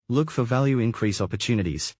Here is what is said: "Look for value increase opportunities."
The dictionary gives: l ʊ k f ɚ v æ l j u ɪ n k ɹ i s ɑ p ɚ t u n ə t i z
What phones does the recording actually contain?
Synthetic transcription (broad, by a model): l ʊ k f ɚ v æ l j u ɪ n k ɹ i s ɑ p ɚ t u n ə t i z